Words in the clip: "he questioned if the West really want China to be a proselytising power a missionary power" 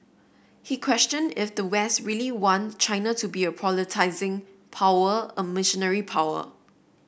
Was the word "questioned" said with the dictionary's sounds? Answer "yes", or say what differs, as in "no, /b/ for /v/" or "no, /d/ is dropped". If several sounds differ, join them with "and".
yes